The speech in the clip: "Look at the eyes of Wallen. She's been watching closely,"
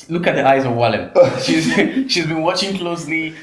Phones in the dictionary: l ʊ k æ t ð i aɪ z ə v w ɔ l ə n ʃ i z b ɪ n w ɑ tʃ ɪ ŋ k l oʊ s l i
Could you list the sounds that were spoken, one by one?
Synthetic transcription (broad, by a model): l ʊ k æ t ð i aɪ z ə v w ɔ l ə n ʃ i z b ɪ n w ɑ tʃ ɪ ŋ k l oʊ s l i